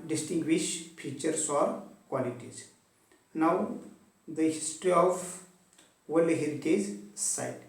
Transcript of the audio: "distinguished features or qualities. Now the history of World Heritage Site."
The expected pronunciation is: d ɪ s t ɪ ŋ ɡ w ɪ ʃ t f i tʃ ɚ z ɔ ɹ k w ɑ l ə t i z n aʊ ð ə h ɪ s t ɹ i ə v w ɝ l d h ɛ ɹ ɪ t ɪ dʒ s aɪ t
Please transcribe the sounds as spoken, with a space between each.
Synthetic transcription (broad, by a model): d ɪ s t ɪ ŋ ɡ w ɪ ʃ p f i tʃ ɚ s ɔ ɹ k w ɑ l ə t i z n aʊ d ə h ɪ s t ɹ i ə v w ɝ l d h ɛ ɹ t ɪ z s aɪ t